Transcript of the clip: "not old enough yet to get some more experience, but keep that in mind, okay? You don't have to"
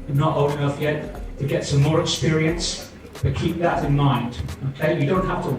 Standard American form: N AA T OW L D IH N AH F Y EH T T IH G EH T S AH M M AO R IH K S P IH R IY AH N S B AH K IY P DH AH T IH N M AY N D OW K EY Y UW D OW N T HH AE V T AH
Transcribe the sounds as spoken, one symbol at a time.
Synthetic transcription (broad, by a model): N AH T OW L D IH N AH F Y EH T T IH G EH T S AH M M AO R IH K S P IH R IY AH N S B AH K IY P DH AH T IH N M AY N D OW K EY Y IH D OW N T HH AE F T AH